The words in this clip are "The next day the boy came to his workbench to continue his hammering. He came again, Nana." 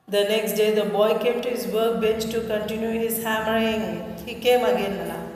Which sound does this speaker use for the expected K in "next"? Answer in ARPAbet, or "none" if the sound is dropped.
K